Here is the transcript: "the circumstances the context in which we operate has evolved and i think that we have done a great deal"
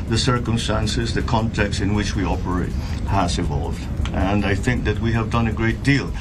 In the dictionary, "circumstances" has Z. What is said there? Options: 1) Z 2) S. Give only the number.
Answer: 1